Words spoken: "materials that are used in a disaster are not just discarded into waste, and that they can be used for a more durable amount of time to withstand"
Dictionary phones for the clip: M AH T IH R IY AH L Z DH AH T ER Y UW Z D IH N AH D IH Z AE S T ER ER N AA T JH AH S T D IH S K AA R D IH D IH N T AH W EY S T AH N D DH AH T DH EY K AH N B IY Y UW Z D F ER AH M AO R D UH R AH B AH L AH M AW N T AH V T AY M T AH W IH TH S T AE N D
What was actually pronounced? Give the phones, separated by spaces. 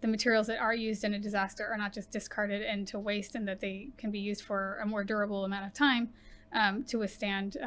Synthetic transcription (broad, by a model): M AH T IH R IY L Z DH AH T ER Y UW Z D IH N AH D IH Z AE S T ER ER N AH T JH AH S D IH S K AA R D IH D IH N T AH W EY S T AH N DH AH T DH EY K AH N B IY Y UW Z D F ER AH M AO R D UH R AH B L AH M AW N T AH V T AY M T AH W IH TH S T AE N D